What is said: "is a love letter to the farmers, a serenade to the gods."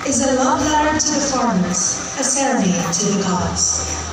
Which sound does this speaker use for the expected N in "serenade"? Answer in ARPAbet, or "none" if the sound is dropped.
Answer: none